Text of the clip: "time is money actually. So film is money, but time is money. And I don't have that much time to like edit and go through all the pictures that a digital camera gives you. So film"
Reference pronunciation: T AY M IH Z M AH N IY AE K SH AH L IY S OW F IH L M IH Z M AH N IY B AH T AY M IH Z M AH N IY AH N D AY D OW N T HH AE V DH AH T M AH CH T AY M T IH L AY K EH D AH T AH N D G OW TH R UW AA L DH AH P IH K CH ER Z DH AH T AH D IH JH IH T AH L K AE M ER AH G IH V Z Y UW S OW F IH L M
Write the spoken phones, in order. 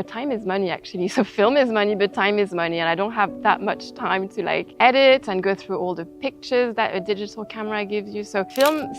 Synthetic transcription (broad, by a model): T AY M IH Z M AH N IY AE K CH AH L IY S OW F IH L M IH Z M AH N IY B AH T AY M IH Z M AH N IY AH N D AY D OW N T HH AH V DH AH T M AH CH T AY M T IH L AY K EH D AH T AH N G OW TH R UW AA L DH AH P IH K CH ER Z DH AH T AH D IH JH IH T L K AE M ER AH G IH V Z Y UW S OW F IH L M